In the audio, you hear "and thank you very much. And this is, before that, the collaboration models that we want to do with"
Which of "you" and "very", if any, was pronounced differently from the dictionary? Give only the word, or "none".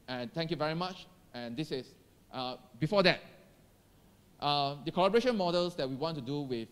none